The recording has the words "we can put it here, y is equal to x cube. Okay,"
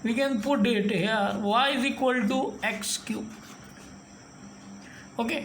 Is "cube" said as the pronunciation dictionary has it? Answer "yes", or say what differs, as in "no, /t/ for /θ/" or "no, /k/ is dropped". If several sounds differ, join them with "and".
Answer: no, /b/ is dropped